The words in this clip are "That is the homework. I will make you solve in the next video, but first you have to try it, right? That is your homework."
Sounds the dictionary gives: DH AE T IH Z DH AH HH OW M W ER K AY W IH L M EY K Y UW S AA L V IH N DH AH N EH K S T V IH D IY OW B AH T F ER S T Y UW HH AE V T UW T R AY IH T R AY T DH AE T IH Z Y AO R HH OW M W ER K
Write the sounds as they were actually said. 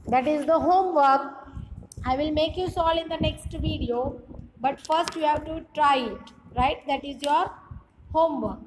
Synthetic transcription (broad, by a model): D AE T IH Z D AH HH OW M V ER K AY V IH L M EY K Y UW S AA L IH N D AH N EH K S T V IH D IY OW B AH T F ER S T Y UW HH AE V T UW T R AY IH T R AY T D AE T IH Z Y AO R HH OW M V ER K